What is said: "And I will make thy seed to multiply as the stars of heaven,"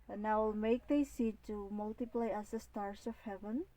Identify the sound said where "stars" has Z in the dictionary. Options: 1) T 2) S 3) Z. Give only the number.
2